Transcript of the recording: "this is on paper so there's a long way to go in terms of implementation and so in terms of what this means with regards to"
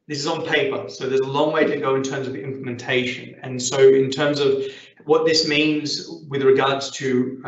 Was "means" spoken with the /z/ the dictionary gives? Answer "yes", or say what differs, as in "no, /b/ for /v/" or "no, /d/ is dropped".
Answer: yes